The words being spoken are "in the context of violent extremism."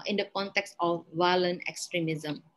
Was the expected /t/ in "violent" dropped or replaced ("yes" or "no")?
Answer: yes